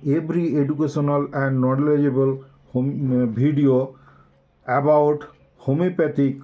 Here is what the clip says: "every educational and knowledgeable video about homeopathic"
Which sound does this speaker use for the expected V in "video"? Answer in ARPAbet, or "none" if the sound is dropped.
B